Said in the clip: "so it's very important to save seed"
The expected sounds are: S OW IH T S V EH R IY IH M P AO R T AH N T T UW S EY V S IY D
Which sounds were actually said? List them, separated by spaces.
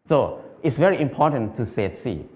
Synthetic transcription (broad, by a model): S OW IH T S V EH R IY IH M P AO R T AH N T T UW S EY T S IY